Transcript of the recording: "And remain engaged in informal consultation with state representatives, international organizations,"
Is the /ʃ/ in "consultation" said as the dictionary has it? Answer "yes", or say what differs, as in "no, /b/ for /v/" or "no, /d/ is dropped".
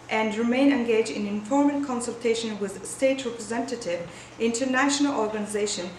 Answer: yes